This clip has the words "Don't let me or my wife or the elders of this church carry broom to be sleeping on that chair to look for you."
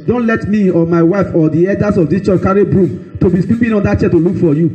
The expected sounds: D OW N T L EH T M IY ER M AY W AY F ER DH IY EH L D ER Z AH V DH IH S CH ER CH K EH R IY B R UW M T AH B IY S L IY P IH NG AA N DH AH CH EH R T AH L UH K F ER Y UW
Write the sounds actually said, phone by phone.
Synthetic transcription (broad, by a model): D OW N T L EH T M IY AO M AY W AY F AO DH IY EH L D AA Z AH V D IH S CH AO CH K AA R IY B R UW M T AH B IY S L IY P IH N AA N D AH CH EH T AH L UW K F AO Y UW